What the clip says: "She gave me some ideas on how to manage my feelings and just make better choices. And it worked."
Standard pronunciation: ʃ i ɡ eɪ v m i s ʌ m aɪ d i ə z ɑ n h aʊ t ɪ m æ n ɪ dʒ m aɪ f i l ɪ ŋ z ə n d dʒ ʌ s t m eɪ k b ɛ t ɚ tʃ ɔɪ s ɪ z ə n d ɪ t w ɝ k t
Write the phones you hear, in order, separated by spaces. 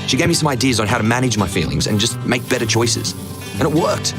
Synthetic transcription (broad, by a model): ʃ i ɡ eɪ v m i s ʌ m aɪ d i ə z n h aʊ t ɪ m æ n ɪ dʒ m aɪ f i l ɪ ŋ z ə n dʒ ʌ s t m eɪ k b ɛ t ɚ tʃ ɔɪ s ɪ z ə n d ɪ t w ɝ k t